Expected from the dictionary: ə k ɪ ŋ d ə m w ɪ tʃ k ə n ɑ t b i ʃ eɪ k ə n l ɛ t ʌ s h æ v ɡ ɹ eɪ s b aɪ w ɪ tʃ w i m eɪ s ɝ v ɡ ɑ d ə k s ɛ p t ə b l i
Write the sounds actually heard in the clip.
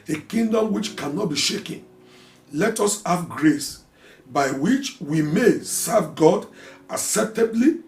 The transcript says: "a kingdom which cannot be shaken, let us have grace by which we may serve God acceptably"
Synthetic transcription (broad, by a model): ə k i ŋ d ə m w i tʃ k ə n ɑ t b i ʃ eɪ k ə n l ɛ t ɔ s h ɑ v ɡ ɹ eɪ s b aɪ w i tʃ w i m eɪ s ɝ v ɡ ɑ d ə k s ɛ p t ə b l i